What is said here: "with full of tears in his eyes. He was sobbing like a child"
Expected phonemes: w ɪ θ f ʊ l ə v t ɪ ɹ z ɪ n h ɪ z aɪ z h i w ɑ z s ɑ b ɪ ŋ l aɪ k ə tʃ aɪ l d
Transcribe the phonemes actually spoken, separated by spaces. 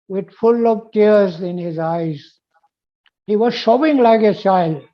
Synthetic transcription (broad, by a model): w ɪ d f ʊ l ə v t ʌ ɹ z ɪ n h ɪ z aɪ z h i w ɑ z ʃ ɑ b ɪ ŋ l aɪ k ə tʃ aɪ l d